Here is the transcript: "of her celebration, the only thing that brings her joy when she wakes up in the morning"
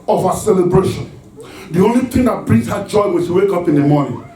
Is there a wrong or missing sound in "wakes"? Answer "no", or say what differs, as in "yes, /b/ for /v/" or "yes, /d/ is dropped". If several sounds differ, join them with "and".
yes, /s/ is dropped